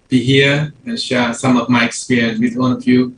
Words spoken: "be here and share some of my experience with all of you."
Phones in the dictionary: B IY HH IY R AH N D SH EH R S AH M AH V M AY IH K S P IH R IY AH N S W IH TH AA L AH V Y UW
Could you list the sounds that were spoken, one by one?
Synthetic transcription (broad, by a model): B IY HH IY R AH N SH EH S AH M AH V M AY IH K S P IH R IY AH N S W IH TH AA N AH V Y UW